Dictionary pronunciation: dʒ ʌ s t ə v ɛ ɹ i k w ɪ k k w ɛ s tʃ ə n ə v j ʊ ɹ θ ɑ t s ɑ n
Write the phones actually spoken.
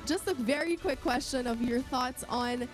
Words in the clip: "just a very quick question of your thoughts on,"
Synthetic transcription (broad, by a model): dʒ ʌ s t ə v ɛ ɹ i k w ɪ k k w ɛ s tʃ ə n ə v j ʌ ɹ θ ɑ t s n